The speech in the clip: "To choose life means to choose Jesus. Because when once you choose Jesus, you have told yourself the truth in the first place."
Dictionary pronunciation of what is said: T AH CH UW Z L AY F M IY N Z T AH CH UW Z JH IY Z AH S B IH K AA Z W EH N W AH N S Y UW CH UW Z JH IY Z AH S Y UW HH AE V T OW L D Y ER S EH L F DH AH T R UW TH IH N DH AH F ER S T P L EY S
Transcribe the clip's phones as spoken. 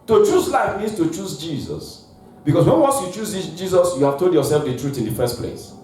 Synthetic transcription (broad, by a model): T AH CH UW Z L AY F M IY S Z T AH CH UW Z JH IY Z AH S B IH K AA S W EH N W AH N S Y UW CH UW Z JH IY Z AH S Y UW HH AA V T OW L D Y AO S EH L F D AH T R UW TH IH N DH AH F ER S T P L EY S